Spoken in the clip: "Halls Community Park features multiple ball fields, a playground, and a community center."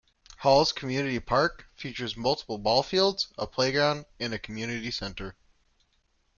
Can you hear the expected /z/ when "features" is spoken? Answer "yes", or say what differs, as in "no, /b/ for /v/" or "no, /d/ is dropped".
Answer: yes